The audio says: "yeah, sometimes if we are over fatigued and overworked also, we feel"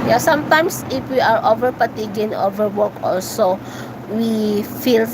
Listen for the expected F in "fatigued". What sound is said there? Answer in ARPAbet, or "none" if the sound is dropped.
P